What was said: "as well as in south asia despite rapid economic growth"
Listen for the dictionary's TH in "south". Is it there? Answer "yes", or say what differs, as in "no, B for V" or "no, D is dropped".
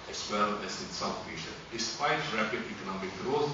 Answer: no, F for TH